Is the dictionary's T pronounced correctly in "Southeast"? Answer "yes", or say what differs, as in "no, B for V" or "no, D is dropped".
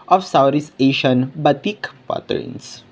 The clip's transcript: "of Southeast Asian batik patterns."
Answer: no, T is dropped